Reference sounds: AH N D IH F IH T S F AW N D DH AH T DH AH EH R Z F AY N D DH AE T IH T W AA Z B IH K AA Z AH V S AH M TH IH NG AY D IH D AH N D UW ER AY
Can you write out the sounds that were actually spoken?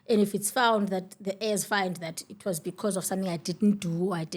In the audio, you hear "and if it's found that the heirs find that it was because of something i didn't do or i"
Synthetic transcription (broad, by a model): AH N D IH F IH T S F AW N D DH AH T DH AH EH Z F AY N D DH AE T IH T W AA Z B IH K AA Z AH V S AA M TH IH NG AY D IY D N D UW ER AY